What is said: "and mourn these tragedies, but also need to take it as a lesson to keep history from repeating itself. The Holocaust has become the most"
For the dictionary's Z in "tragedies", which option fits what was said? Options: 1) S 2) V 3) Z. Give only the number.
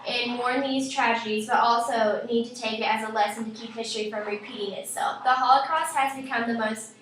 3